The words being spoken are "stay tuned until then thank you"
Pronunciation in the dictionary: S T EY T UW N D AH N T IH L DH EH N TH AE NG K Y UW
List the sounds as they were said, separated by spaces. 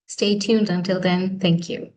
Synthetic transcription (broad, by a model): S T EY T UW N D AH N T IH L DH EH N TH AE NG K Y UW